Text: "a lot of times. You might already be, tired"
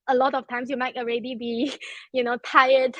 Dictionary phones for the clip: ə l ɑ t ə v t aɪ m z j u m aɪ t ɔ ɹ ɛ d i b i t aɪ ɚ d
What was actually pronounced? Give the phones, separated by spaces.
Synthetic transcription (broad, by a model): ə l ɑ t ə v t aɪ m s j u m aɪ t ɔ ɹ ɛ d i b i t aɪ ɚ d